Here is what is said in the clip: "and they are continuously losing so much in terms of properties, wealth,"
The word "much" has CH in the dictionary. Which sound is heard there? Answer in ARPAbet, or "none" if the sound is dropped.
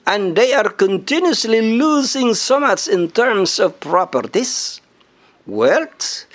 S